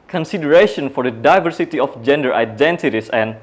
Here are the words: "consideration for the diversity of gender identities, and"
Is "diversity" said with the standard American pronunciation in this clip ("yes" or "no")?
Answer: yes